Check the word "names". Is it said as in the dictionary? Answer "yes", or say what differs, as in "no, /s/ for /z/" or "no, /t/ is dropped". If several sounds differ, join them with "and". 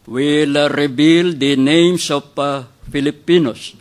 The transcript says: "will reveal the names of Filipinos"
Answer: no, /s/ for /z/